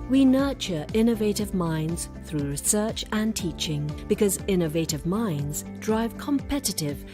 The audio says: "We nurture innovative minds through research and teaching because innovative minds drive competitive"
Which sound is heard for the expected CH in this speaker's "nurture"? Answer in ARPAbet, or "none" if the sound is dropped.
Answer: CH